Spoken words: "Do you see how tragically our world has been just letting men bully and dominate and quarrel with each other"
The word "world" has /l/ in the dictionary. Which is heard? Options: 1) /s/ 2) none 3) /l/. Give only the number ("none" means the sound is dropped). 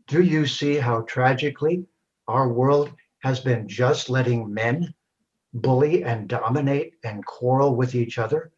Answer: 3